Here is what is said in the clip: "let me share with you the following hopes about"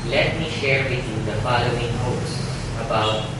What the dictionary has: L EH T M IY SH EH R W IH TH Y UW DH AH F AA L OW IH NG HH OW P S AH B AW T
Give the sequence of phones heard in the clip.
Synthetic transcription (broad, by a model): L EH T M IY SH EH R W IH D Y UW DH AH F AA L OW IH NG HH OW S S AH B AW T